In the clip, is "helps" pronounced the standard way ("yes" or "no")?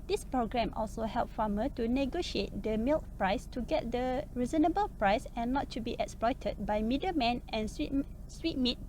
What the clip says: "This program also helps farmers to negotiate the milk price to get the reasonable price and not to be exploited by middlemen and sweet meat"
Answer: no